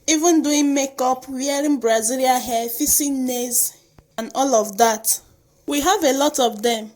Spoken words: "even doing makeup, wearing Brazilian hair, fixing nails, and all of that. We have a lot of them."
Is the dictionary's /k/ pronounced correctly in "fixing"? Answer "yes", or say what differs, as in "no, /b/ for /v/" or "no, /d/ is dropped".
no, /k/ is dropped